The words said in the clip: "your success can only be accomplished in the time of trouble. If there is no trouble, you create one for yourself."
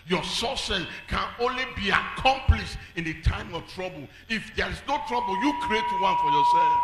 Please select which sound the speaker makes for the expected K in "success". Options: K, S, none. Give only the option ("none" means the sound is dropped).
none